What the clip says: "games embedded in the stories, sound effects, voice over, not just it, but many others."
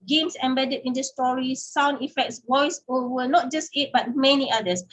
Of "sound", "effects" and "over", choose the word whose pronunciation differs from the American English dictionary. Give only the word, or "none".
over